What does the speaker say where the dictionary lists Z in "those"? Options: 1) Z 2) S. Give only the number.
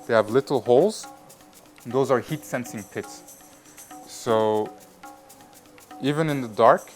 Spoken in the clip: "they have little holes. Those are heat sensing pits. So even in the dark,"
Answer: 1